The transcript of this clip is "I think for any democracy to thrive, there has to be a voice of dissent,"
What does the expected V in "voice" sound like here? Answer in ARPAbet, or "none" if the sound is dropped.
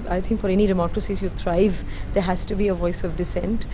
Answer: V